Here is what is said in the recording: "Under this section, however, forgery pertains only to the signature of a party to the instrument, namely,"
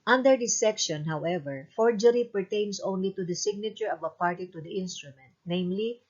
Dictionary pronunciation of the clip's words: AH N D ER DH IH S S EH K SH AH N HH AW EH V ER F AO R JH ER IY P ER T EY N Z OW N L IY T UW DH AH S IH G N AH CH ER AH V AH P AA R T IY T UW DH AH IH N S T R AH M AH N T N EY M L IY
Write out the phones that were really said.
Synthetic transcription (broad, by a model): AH N D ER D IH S S EH K SH AH N HH AW EH V ER F AO R JH ER IY P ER T EY N S OW N L IY T UW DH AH S IH G N AH CH ER AH V AH P AA R T IY T UW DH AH IH N S T R AH M AH N T N EY M L IY